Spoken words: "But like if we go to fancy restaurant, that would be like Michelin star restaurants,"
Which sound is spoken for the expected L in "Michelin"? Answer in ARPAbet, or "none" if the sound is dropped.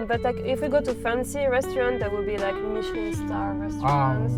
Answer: none